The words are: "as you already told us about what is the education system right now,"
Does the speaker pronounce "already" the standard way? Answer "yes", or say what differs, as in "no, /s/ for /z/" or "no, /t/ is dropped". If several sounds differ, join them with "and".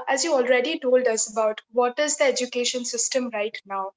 yes